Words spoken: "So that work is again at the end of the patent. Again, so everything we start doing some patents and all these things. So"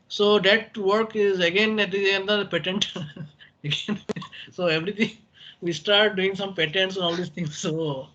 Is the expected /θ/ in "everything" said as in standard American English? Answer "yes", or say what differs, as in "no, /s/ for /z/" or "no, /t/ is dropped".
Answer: no, /t/ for /θ/